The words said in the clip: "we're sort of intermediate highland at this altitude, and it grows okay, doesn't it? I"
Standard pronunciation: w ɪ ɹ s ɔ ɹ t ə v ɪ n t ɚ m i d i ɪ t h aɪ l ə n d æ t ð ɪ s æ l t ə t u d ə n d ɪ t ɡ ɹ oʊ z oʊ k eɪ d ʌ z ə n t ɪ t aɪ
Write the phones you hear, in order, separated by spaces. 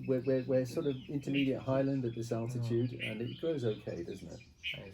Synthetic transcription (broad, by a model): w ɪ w s ɔ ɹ t ə v ɪ n t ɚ m i d i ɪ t h aɪ l ə n d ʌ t ð ɪ s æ l t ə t u d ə n ɪ t ɡ ɹ oʊ z oʊ k eɪ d ʌ z n t ɪ t